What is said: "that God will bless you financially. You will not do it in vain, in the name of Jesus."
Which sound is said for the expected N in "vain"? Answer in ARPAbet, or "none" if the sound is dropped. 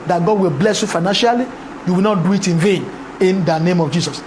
N